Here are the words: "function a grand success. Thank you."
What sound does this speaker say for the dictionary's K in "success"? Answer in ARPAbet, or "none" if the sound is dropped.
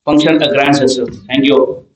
none